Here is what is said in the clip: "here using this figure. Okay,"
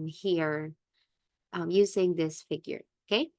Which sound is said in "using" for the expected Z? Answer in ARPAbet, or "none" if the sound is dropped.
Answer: Z